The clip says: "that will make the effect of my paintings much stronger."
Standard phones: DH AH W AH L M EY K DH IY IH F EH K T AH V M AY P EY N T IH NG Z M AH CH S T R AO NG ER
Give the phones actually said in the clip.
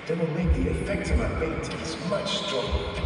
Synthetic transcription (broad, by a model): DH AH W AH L M EY K DH IY IH F EH K T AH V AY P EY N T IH Z M AH CH S T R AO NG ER